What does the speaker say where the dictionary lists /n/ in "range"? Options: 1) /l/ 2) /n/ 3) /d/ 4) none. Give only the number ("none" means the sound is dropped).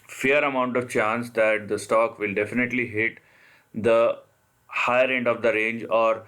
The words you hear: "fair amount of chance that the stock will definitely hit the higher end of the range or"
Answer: 2